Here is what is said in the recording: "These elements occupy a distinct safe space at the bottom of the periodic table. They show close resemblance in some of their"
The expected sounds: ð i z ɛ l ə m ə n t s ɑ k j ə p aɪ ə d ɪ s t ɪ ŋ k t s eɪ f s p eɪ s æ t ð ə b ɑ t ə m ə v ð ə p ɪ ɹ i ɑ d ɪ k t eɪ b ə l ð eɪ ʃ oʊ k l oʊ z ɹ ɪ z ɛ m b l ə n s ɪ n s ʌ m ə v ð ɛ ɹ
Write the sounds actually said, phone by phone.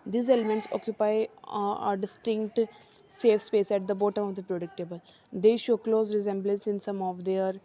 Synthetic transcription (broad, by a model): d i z ɛ l ə m ə n t s ɑ k j ə p aɪ ə d ɪ s t ɪ ŋ k t s eɪ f s p eɪ s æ t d ə b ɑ t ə m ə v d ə p ɹ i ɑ d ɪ k t eɪ b ə l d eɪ ʃ oʊ k l oʊ z ɹ ɪ z ɛ m b l ə n s ɪ n s ʌ m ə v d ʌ ɹ